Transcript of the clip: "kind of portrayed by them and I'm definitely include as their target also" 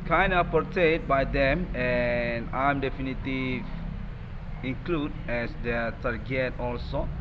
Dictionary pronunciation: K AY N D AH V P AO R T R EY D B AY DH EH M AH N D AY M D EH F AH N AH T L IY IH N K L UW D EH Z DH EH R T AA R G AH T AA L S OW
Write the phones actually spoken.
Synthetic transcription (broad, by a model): K AY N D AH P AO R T EY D B AY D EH M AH N AY M D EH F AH N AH T IY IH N K L UW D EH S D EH T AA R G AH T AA L S OW